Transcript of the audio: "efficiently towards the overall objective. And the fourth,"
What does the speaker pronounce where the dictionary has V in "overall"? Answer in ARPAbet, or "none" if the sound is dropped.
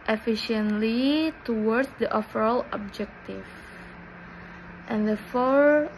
F